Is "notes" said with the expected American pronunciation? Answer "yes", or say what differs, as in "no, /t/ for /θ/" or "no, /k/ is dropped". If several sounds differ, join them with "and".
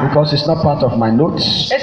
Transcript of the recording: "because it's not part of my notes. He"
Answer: yes